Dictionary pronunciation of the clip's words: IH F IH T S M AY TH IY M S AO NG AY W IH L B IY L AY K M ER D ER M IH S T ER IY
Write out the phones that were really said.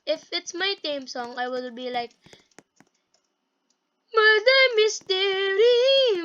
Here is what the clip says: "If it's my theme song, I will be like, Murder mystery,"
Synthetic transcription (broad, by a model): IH F IH T S M AY T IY M S AO NG AY W IH L B IY L AY K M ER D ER M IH S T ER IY